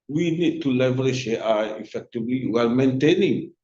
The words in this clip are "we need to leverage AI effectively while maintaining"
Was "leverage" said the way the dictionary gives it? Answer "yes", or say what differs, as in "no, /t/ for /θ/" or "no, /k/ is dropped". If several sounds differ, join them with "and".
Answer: no, /ʃ/ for /dʒ/